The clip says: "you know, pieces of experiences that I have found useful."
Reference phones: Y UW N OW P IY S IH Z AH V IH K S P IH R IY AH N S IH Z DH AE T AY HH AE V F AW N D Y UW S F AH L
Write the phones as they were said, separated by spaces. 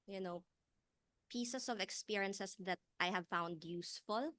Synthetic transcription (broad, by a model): Y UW N OW P IY S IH S AH V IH K S P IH R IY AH N S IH S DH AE T AY HH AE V F AW N D Y UW S F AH L